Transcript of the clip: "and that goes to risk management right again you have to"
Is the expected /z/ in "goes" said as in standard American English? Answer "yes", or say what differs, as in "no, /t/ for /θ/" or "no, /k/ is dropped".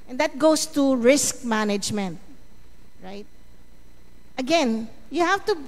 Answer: no, /s/ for /z/